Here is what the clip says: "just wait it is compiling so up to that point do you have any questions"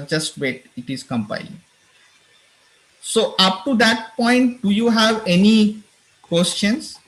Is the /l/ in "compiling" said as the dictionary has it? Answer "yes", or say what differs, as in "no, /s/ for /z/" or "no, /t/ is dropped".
no, /l/ is dropped